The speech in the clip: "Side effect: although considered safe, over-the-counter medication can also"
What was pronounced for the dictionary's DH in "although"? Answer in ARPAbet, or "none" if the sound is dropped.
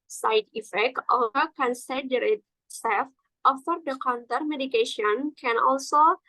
none